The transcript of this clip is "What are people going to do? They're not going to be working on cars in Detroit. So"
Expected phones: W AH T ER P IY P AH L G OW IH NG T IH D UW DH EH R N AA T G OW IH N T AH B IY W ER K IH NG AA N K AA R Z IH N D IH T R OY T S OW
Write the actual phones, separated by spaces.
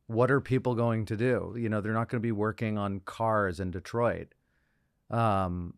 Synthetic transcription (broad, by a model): W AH T ER P IY P L G OW IH NG T IH D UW DH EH R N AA T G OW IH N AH B IY W ER K IH NG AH N K AA R Z IH N D IH T R OY T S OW